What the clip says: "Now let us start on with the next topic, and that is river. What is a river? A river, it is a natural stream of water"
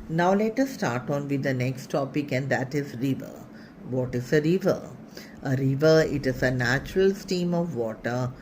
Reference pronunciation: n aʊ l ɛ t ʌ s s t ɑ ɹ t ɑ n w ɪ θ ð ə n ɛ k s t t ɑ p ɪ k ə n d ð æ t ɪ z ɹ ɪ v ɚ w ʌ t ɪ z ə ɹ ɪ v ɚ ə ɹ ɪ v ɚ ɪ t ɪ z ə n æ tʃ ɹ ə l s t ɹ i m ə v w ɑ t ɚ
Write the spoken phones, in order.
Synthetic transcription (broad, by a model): n aʊ l ɛ t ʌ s s t ɑ ɹ t ɑ n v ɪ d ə n ɛ k s t t ɑ p ɪ k ə n d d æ t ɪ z ɹ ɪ v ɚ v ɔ t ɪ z ə ɹ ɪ v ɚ ə ɹ ɪ v ɚ ɪ t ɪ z ə n æ tʃ ɹ ə l s t i m ə v ɑ t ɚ